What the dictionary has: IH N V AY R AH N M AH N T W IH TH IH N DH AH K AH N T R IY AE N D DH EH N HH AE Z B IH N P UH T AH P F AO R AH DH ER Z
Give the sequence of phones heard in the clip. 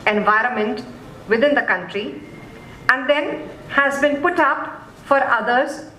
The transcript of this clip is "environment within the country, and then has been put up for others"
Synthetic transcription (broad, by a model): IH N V AY R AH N M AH N T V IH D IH N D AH K AH N T R IY AE N D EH N HH AE Z B IH N P UH T AH P F AO R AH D ER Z